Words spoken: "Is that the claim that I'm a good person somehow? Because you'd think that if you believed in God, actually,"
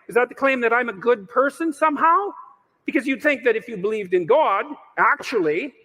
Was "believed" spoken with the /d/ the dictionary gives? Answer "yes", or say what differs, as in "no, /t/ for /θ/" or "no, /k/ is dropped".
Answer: yes